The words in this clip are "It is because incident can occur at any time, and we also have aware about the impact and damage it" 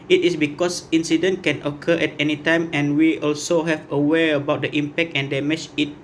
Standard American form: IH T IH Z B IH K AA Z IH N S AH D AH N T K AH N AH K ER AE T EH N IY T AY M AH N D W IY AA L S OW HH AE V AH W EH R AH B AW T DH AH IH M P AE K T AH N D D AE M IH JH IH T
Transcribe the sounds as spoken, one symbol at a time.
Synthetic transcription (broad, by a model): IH T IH S B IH K AA S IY N S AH D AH N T K AH N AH K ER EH T EH N IY T AY M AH N W IY AA L S OW HH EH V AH W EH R AH B AW T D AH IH M P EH K T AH N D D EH M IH CH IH T